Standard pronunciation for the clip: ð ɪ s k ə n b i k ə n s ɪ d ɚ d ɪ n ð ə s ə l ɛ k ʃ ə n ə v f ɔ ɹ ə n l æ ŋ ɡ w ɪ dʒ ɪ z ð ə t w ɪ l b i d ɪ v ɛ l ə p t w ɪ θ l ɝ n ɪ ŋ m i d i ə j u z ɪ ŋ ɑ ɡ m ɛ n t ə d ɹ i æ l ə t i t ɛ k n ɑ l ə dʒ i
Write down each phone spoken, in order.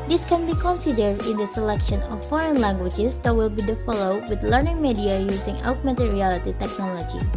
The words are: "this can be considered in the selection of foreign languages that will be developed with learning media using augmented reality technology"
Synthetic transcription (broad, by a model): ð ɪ s k ə n b i k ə n s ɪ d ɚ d ɪ n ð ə s ə l ɛ k ʃ ə n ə f ɔ ɹ ə n l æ ŋ ɡ w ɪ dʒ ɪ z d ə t w ɪ l b i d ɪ f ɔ l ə w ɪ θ l ɝ n ɪ ŋ m i d i ə j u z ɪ ŋ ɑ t m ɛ t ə ɹ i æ l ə t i t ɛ k n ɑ l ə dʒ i